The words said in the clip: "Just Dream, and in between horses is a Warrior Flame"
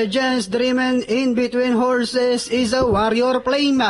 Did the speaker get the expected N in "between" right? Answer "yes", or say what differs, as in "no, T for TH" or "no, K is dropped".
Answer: yes